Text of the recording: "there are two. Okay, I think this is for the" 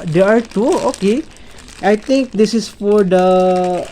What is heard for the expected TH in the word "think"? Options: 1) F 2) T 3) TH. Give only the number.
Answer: 2